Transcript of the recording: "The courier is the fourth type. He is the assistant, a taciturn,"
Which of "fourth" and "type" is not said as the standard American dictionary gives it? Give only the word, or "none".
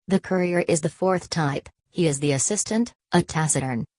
none